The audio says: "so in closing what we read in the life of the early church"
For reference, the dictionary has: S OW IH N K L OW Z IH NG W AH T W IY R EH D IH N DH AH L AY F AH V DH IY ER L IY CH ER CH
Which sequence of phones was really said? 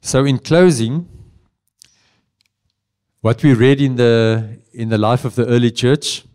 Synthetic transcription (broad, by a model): S OW IH N K L OW Z IH NG W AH T W IY R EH D IH N DH AH L AY F AH V DH IY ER L IY CH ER CH